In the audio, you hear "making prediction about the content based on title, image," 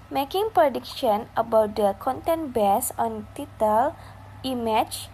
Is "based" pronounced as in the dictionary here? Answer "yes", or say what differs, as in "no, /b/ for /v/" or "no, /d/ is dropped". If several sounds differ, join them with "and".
no, /t/ is dropped